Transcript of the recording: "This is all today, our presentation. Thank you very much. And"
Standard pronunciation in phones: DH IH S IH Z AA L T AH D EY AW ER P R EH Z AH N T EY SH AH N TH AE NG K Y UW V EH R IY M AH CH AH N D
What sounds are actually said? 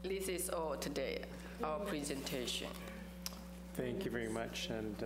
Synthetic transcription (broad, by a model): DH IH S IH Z AA L T AH D EY AW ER P R EH Z AH N T EY SH AH N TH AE NG K Y UW V EH R IY M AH CH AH N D